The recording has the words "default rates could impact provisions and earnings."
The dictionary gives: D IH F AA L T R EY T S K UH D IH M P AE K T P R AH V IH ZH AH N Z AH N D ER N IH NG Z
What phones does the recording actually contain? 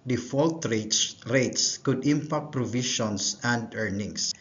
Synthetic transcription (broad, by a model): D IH F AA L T R EY T S K UH D IH M P AE K T P R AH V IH SH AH N S AH N D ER N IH NG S